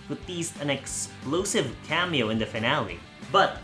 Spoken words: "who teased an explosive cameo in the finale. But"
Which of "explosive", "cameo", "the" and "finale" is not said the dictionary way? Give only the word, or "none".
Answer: none